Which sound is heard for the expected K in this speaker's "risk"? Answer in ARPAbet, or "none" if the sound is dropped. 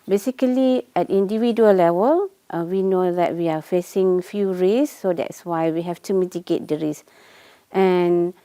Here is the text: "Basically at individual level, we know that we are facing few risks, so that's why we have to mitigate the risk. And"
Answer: none